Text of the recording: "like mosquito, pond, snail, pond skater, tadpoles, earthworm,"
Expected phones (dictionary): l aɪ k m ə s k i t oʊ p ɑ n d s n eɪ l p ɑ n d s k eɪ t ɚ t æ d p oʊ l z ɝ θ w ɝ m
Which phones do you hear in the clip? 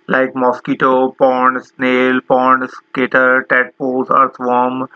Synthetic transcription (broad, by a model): l aɪ k m ə s k i t oʊ p ɑ n d s n eɪ l p ɑ n d s k eɪ t ɚ t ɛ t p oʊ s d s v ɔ m